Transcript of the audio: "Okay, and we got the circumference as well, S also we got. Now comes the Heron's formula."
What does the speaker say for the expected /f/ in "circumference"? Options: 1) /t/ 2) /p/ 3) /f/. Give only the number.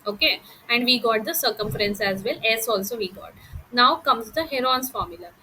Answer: 3